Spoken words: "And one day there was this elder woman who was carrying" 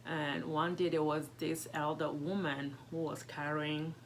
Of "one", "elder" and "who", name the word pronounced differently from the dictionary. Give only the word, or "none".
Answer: none